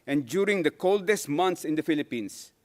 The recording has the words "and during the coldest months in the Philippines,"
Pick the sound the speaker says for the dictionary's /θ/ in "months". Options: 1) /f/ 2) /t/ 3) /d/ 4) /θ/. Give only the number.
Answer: 2